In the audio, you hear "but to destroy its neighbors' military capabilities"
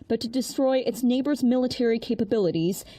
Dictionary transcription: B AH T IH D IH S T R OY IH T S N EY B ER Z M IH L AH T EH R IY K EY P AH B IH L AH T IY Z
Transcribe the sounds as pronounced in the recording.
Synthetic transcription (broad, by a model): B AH T IH D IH S T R OY IH T S N EY B ER Z M IH L AH T EH R IY K EY P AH B IH L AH T IY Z